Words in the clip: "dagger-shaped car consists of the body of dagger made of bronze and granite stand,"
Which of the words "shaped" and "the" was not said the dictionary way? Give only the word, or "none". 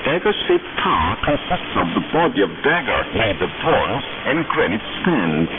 shaped